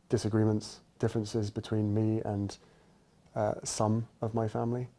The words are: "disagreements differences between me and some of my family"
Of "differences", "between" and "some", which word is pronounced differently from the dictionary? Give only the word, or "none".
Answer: none